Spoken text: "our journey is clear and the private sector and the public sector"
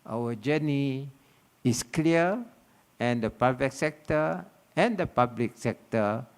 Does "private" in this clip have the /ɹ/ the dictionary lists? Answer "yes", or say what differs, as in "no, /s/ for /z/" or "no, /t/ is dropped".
no, /ɹ/ is dropped